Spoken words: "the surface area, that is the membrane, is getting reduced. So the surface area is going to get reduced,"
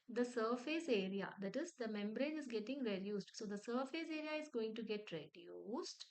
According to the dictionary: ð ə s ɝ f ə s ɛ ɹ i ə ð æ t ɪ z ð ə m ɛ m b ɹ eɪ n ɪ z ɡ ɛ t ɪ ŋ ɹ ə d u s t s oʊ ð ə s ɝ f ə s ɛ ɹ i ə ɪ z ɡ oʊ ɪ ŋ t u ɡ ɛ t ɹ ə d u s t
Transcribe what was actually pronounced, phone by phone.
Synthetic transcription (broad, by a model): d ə s ɝ f ə s ɛ ɹ i ə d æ t ɪ z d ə m ɛ m b ɹ eɪ n ɪ z ɡ ɛ t ɪ ŋ ɹ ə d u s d s oʊ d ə s ɝ f ə s ɛ ɹ i ə ɪ z ɡ oʊ ɪ ŋ t u ɡ ɛ t ɹ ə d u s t